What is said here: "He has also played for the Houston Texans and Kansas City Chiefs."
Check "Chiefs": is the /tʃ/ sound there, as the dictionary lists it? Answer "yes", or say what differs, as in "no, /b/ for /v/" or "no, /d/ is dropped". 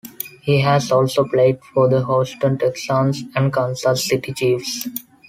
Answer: yes